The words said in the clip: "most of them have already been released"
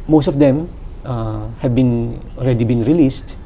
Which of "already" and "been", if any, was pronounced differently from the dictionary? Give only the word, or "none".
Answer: already